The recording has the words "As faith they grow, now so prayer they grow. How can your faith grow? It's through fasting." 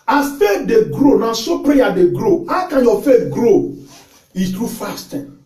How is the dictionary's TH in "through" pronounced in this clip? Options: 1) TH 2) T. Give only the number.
2